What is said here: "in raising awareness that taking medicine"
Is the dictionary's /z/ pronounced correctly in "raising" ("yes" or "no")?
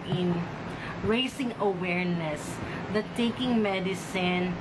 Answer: no